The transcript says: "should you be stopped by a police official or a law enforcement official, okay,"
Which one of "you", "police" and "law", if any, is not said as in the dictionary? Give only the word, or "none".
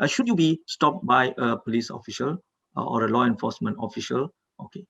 none